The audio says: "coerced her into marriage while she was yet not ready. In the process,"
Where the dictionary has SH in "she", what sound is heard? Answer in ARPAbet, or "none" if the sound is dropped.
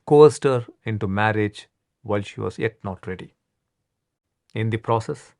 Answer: SH